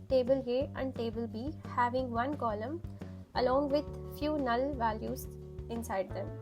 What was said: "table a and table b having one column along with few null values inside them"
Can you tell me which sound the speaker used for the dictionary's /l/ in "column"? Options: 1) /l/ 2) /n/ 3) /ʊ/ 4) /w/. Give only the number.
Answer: 1